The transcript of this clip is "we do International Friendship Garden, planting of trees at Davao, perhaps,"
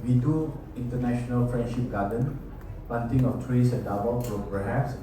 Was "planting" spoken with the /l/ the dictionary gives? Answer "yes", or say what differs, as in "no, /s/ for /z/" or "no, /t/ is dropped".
no, /l/ is dropped